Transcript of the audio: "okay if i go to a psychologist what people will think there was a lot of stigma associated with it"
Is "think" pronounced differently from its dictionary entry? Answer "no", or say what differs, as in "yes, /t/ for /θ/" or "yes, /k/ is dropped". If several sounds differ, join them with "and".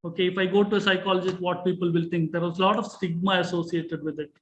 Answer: yes, /t/ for /θ/